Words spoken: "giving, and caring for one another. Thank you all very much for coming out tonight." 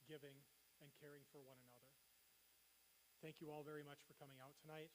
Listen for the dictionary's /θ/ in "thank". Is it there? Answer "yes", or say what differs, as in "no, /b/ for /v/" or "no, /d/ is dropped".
yes